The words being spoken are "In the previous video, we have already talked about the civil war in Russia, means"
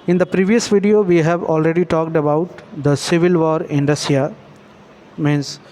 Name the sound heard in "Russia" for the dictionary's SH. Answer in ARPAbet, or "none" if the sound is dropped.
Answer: S